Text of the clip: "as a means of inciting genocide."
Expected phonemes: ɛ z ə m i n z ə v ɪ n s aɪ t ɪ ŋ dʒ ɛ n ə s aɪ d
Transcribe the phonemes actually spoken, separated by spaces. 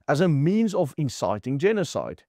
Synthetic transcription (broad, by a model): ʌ z ə m i n z ə v ɪ n s aɪ t ɪ ŋ dʒ ɛ n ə s aɪ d